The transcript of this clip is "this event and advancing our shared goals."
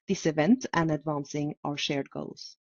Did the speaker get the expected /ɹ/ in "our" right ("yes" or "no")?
yes